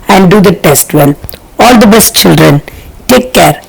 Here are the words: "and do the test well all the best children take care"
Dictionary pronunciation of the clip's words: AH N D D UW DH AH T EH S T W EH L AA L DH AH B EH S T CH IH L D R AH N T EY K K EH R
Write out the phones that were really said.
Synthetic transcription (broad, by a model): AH N D D UW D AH T EH S T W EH N AA L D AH B EH S T CH IH L D R AH N T EY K K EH R